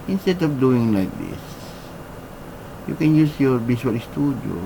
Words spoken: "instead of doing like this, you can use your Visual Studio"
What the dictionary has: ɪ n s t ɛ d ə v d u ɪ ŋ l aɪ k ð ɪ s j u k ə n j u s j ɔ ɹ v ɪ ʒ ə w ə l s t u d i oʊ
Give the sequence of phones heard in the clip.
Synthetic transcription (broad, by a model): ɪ n s t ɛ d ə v d u ɪ ŋ l aɪ k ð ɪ s j u k ə n j u s j ɔ ɹ b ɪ ʃ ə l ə s t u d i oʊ